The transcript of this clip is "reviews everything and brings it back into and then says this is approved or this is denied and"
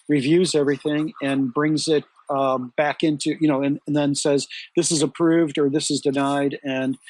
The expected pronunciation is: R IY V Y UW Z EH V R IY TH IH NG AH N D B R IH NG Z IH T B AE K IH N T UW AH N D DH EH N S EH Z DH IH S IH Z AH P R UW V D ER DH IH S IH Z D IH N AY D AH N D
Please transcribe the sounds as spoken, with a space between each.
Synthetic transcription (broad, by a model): R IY V Y UW Z EH V R IY TH IH NG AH N B R IH NG Z IH T B AE K IH N T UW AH N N DH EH N S EH Z DH IH S IH Z AH P R UW V D ER DH IH S IH Z D IH N AY D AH N